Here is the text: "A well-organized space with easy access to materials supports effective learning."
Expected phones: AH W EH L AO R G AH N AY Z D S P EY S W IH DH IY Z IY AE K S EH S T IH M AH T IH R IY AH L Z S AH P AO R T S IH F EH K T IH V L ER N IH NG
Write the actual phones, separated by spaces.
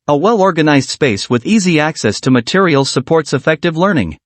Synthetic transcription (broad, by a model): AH W EH L AO R G AH N AY Z D S P EY S W IH DH IY Z IY AE K S EH S T IH M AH T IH R IY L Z S AH P AO R T S IH F EH K T IH V L ER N IH NG